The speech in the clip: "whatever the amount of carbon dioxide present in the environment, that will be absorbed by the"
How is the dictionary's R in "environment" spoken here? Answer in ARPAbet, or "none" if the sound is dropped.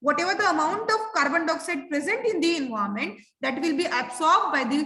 none